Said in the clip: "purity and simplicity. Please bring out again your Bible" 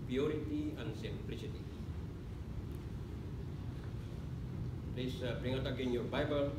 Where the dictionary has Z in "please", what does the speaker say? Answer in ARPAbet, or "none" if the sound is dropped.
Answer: S